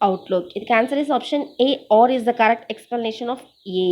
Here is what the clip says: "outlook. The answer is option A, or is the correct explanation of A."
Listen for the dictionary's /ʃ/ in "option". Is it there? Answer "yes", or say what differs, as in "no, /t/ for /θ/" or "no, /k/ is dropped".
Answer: yes